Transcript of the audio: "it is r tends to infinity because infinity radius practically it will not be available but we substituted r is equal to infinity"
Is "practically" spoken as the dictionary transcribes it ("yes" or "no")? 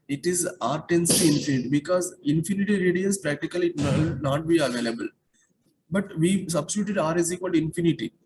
no